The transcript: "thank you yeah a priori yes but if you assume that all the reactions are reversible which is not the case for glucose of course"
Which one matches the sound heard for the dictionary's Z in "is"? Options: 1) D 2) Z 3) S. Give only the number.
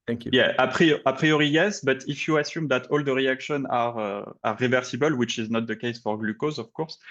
2